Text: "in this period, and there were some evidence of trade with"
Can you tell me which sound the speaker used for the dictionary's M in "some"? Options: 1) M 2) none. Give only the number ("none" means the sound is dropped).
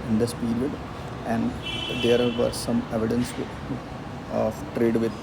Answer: 1